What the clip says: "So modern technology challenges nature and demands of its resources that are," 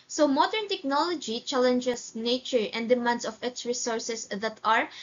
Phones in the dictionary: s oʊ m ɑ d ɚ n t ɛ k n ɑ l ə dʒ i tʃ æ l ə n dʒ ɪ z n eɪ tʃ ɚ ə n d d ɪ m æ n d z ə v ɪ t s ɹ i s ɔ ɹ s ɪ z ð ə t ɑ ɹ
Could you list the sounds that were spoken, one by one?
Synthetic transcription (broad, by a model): s oʊ m ɑ d ɚ n t ɛ k n ɑ l ə dʒ i tʃ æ l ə n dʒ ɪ s n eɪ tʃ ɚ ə n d d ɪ m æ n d s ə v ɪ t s ɹ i s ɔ ɹ s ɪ s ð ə t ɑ ɹ